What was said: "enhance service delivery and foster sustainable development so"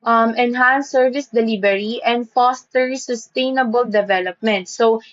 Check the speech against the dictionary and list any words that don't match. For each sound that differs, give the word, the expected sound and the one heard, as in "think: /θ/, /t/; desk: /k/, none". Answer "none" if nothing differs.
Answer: delivery: /v/, /b/